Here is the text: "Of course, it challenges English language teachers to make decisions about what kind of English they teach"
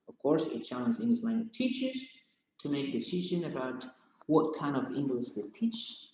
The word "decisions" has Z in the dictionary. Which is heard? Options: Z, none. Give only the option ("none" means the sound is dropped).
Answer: none